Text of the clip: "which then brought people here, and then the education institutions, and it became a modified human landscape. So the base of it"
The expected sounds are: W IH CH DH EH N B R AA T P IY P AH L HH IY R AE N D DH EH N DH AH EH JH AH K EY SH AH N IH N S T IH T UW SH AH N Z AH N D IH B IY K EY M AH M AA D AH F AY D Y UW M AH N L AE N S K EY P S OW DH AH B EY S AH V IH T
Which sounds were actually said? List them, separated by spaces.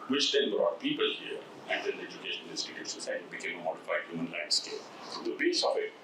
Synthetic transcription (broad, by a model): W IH CH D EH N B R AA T P IY P AH L HH IY R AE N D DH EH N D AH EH JH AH K EY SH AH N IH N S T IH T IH S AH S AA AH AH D IH B IY K EY M AH M AA D AH F AY D Y UW M AH N L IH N S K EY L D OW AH B EY S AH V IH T